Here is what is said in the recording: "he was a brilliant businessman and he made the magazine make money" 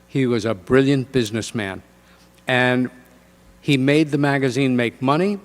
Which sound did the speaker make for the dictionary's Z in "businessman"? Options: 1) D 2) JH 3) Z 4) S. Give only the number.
3